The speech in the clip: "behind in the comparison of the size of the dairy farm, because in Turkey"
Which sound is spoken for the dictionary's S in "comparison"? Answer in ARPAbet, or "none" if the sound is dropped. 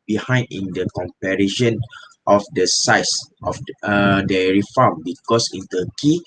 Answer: SH